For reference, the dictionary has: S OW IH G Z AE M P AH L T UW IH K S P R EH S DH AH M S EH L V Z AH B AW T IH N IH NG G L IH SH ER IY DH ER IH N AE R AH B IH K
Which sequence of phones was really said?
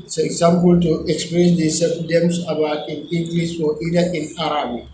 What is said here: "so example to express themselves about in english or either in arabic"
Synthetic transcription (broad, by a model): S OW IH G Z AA M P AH L T UW IH K S P R EH S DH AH S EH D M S AH B AW T IH N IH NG G L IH S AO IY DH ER IH N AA R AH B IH